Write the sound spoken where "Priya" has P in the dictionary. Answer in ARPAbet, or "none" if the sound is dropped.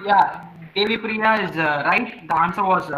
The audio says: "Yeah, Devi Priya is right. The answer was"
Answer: P